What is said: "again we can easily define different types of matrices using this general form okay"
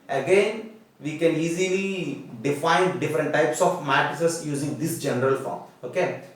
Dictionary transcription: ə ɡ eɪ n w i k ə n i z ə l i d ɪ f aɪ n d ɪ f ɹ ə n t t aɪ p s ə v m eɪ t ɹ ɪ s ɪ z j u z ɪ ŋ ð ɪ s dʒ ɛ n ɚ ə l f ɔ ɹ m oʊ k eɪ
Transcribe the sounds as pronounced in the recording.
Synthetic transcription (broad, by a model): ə ɡ eɪ n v i k ə n i z ə l i d ɪ f aɪ n d ɪ f ɹ ə n t t aɪ p s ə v m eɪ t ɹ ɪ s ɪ s j u z ɪ ŋ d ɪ s dʒ ɛ n ɚ ə l f ɔ ɹ m oʊ k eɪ